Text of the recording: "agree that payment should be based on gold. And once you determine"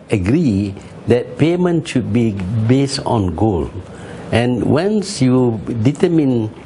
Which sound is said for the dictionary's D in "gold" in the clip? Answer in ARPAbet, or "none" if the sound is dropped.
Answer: none